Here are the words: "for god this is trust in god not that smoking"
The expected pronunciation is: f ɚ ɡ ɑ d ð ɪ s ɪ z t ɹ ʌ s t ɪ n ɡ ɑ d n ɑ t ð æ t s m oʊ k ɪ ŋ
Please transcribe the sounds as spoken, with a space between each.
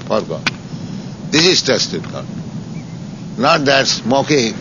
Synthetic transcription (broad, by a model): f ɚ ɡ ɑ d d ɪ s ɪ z t ɛ s t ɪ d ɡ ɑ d n ɑ t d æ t s m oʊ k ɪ